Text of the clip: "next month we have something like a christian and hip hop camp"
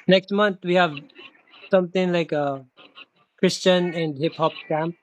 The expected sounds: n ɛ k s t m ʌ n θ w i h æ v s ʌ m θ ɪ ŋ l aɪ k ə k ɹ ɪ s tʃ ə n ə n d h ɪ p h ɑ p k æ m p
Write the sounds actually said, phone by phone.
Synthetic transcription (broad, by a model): n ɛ k s t m ʌ n t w i h æ v s ʌ m t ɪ ŋ l aɪ k ə k ɹ ɪ s tʃ ə n ə n d h ɪ p h ɑ p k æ m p